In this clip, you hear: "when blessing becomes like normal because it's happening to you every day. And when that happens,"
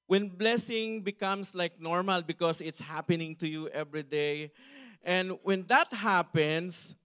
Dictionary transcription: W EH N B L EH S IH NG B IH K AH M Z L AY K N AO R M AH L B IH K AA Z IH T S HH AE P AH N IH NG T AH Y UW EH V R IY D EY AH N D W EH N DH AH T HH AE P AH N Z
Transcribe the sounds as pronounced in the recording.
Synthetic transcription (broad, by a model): W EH N B L EH S IH NG B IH K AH M S L AY K N AO R M AH L B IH K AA S IH T S HH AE P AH N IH NG T AH Y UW EH V R IY D EY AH N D W EH N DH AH T HH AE P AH N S